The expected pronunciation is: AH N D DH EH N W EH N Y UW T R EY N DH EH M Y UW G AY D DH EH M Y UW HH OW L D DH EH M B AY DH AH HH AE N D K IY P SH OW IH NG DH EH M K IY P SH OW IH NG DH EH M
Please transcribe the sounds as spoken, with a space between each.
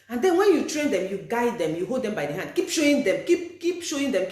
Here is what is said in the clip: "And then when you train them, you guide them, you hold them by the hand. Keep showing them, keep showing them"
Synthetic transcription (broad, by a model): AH N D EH N W EH N Y UW T R EY N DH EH M Y UW G AY D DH EH M Y UW HH OW L D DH EH M B AY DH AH HH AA N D K IY P SH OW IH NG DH EH M K IY P SH OW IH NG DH EH M